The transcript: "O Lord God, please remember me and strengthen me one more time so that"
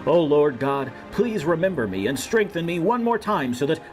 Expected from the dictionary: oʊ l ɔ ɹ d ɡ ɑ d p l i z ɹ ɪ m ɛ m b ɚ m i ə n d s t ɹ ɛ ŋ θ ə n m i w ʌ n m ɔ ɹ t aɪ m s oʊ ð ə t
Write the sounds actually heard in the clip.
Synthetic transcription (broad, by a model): oʊ l ɔ ɹ d ɡ ɑ d p l i z ɹ ɪ m ɛ m b ɚ m i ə n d s t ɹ ɛ ŋ θ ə n m i w ʌ n m ɔ ɹ t aɪ m s oʊ ð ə t